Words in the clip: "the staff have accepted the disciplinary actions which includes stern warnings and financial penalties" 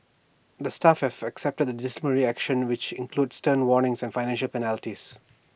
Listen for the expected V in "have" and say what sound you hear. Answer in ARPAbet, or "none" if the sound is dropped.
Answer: F